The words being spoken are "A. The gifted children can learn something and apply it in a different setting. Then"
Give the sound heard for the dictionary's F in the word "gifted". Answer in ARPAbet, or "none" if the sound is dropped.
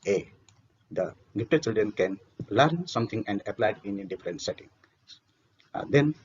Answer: P